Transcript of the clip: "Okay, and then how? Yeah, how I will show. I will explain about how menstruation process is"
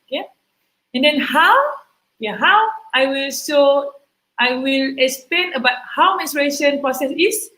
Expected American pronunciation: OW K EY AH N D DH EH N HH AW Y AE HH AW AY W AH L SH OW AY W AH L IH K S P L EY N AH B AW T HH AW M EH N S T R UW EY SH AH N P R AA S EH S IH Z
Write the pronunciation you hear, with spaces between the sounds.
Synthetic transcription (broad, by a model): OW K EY AH N D EH N HH AW Y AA HH AW AY W AH L S OW AY W AH L IH K S P L EY N AH B AW T HH AW M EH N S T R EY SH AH N P R AA S EH S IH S